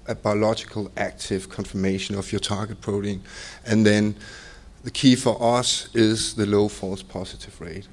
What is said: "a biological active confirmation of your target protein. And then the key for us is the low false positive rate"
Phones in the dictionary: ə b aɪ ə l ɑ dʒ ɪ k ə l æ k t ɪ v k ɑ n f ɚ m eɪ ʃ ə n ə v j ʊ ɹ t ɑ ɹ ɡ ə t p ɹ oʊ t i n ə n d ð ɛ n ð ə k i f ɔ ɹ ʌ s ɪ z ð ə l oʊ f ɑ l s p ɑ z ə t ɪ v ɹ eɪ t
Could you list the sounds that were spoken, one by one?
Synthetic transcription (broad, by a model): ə b aɪ ə l ɑ dʒ ɪ k ə l æ k t ɪ v k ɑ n f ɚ m eɪ ʃ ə n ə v j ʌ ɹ t ɑ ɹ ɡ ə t p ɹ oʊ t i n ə n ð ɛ n ð ə k i f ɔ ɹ ʌ s ɪ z ð ə l oʊ f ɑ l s p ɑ s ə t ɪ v ɹ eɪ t